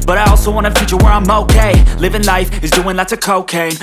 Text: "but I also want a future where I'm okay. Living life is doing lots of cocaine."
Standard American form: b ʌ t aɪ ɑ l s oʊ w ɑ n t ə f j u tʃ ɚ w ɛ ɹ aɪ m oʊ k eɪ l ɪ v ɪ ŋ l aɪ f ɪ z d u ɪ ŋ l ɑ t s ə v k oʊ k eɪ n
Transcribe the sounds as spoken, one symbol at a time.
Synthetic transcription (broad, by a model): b ʌ t aɪ ɑ l s oʊ w ɑ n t ə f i tʃ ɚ w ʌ ɹ aɪ m oʊ k eɪ l ɪ v ɪ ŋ l aɪ f ɪ z d u ɪ ŋ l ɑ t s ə k oʊ k eɪ